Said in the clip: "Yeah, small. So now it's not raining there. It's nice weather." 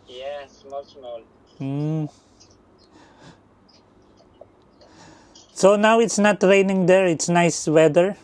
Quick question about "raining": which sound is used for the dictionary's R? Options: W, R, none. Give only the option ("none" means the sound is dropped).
R